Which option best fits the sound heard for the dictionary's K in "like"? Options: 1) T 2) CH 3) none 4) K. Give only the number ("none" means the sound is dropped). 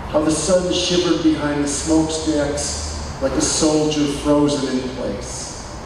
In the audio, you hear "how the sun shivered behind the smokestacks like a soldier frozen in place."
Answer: 4